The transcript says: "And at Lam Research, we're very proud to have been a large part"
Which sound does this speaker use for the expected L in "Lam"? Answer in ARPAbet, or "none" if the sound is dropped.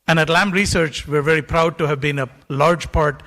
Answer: L